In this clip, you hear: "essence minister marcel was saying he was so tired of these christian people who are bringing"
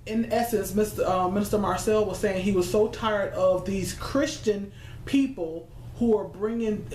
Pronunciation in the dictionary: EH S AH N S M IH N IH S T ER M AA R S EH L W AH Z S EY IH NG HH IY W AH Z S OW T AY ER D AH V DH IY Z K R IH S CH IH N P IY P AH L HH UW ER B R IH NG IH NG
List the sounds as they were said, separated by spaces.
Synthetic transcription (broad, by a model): EH S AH N S M IH N IH S T ER M AA R S EH L W AH Z S EY IH NG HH IY W AH Z S OW T AY ER D AH V DH IY Z K R IH S CH IH N P IY P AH L HH UW ER B R IH NG IH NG